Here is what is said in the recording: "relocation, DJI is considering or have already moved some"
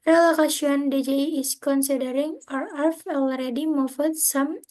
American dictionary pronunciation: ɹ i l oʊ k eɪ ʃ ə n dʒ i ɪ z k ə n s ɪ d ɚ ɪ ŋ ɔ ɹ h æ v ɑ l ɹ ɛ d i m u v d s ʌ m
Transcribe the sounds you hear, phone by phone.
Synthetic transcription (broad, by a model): ɹ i l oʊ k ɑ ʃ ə n dʒ i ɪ s k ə n s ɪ d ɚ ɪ ŋ ɔ ɹ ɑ f ɑ l ɹ ɛ d i m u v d s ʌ m